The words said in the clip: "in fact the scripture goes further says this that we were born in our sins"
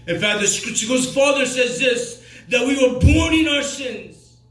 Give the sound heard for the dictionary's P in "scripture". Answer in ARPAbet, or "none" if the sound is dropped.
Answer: none